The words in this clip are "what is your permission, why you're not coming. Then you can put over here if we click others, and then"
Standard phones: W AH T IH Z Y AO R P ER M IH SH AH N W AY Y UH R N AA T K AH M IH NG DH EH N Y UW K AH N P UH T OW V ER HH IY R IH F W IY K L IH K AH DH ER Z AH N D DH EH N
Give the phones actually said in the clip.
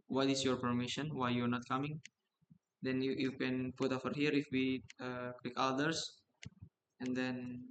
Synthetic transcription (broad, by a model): W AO T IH S Y AO R P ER M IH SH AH N W AY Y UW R N AA T K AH M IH NG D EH N Y UW K AH N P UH T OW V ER HH IY R IH F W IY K W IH K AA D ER S AH N D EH N